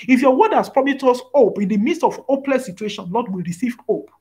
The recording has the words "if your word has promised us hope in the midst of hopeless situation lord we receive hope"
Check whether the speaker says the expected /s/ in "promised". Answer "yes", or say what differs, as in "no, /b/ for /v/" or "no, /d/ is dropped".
no, /s/ is dropped